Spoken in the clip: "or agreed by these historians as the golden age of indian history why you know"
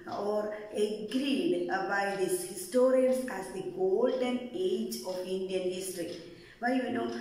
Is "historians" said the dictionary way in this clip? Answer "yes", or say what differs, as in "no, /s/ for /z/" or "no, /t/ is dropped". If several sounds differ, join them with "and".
no, /s/ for /z/